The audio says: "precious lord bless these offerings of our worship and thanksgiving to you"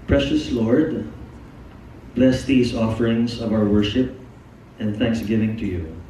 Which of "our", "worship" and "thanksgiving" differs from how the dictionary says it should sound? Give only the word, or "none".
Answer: none